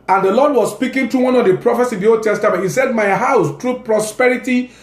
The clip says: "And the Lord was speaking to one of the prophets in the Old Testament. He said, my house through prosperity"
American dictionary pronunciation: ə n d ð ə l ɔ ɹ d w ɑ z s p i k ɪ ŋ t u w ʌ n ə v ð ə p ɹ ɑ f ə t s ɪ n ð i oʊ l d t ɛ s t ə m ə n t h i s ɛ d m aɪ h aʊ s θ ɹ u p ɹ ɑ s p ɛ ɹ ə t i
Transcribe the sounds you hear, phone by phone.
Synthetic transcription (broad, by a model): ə n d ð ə l ɔ d w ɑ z s p i k ɪ ŋ t u w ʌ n ə v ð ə p ɹ ɑ f ə t s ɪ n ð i oʊ l d t ɛ s t ə m ə n t h i s ɛ d m aɪ h aʊ s t ɹ u p ɹ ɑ s p ɛ ɹ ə t i